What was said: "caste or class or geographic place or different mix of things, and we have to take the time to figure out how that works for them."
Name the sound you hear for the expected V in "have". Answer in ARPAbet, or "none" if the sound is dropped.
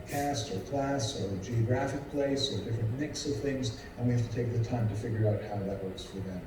F